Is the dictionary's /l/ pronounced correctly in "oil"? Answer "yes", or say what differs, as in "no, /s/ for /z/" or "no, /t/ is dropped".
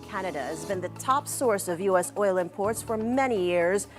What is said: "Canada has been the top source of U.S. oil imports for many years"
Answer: yes